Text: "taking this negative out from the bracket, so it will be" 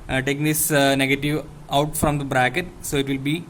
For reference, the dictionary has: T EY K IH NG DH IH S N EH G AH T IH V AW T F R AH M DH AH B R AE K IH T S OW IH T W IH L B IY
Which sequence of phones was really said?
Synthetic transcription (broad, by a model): T EY K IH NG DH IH S N EH G AH T IH V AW T F R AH M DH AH B R AE K IH T S OW IH T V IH L B IY